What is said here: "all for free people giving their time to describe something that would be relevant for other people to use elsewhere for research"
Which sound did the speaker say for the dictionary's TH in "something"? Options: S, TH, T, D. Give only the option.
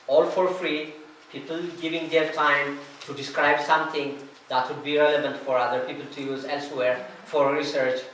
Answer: T